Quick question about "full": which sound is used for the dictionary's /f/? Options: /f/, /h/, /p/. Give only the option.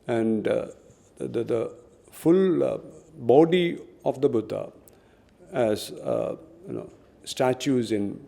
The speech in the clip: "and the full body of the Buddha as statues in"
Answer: /f/